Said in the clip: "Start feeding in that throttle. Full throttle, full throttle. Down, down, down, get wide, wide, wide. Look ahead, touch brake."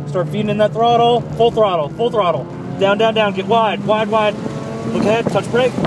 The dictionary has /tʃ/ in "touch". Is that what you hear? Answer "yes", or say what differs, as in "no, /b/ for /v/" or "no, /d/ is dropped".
yes